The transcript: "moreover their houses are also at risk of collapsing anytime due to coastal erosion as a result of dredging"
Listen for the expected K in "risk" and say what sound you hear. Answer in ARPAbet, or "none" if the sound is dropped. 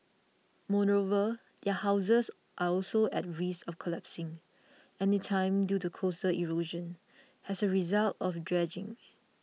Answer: none